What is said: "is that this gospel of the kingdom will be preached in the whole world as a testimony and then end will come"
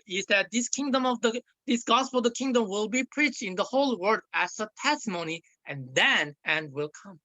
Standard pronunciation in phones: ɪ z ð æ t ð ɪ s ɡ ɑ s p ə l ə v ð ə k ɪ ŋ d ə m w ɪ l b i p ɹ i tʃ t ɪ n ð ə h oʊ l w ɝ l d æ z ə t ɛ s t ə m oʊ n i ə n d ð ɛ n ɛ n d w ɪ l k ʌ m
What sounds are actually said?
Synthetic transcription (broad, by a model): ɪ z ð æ t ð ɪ s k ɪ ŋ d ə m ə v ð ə k ɪ ŋ d ə m w ɪ l b i p ɹ i tʃ t ɪ n ð ə h oʊ l w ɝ d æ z ə t ɛ s t ə m oʊ n i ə n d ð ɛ n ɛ n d w ɪ l k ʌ m